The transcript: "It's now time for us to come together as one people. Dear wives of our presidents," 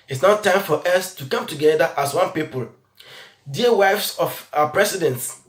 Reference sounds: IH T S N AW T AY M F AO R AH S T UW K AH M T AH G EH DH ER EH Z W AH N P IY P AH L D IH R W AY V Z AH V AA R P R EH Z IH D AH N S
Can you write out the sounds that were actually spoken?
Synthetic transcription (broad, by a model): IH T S N AW T AY M F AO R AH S T UW K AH M T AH G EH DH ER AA S W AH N P IY P AH L D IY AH W AY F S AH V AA P R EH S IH D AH N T